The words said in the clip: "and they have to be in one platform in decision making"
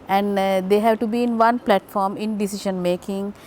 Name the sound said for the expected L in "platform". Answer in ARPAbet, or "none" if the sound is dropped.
L